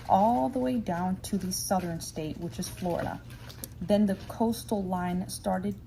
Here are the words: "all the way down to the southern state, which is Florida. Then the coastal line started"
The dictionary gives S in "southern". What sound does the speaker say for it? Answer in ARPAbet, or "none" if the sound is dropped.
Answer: S